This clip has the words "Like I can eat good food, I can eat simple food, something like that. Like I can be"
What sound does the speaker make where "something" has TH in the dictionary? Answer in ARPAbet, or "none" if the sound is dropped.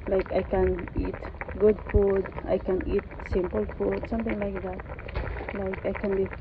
T